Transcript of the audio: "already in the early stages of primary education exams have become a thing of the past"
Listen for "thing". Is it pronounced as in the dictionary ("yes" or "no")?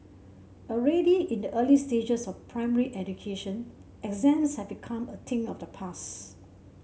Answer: no